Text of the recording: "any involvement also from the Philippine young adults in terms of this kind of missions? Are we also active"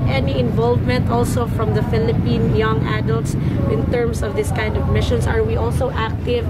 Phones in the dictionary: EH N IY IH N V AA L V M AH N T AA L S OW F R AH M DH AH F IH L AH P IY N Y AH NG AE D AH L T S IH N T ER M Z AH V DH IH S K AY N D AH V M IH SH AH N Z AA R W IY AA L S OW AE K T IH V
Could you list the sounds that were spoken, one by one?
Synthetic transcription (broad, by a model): EH N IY IH N V AA L V M AH N T AA L S OW F R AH M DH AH F IH L AH P IY N Y AH NG AE D AH L T S IH N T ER M S AH V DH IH S K AY N D AH V M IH SH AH N S AA R W IY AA L S OW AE K T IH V